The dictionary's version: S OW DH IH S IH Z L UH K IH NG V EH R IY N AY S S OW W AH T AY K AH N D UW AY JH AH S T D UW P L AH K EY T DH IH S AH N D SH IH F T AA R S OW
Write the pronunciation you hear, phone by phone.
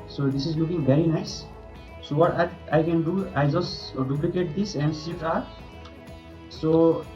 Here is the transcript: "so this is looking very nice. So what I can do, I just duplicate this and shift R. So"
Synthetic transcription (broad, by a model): S OW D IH S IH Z L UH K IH NG V EH R IY N AY S S OW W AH T AY K AH N D UW AY JH AH S T D UW P L AH K EY T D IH S AH N D S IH T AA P S OW